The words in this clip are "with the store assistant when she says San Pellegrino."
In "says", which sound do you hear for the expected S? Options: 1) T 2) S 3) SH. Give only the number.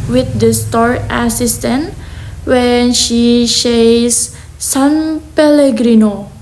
3